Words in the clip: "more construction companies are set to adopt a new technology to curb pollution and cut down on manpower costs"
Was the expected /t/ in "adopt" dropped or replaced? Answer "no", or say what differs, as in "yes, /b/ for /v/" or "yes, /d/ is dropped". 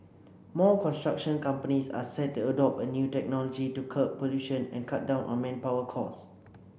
yes, /t/ is dropped